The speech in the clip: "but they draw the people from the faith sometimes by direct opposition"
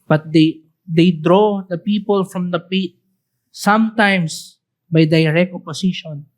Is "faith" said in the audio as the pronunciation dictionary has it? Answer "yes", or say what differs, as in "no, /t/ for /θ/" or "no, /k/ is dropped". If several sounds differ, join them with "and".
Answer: no, /p/ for /f/ and /t/ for /θ/